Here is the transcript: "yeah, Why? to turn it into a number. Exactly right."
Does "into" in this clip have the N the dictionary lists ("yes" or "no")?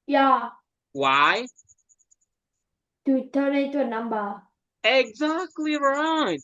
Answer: no